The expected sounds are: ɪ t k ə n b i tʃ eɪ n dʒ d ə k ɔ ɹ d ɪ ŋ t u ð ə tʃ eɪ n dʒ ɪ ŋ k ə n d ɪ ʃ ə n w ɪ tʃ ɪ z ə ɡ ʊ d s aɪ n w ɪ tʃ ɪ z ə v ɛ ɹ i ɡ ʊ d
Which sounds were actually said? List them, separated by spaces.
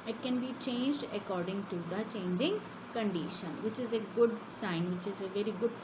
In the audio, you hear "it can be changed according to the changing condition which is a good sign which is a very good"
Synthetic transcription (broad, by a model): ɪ t k ə n b i tʃ eɪ n dʒ d ə k ɔ ɹ d ɪ ŋ t u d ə tʃ eɪ n dʒ ɪ ŋ k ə n d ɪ ʃ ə n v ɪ tʃ ɪ z ə ɡ ʊ d s aɪ n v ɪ tʃ ɪ z ə v ɛ ɹ i ɡ ʊ d